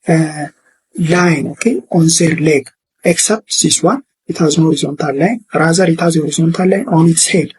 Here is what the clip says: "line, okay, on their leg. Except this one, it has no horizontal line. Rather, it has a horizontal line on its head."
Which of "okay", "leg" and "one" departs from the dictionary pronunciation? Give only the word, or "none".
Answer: one